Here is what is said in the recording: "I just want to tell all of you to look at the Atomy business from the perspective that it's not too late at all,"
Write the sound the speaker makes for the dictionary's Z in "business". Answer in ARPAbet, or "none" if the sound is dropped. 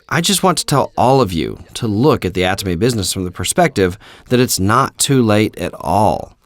Z